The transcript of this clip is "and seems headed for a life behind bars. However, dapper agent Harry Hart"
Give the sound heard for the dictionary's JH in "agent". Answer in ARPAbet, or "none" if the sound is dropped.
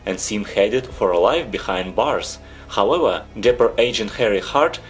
JH